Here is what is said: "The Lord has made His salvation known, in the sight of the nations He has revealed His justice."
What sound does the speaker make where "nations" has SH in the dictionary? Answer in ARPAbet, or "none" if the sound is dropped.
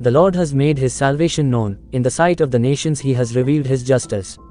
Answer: SH